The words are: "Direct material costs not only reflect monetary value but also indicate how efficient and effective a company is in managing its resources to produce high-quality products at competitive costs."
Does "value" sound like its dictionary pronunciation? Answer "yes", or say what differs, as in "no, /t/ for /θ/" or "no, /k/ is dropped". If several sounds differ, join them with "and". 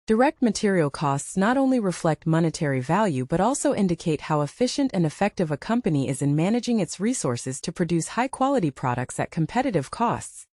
yes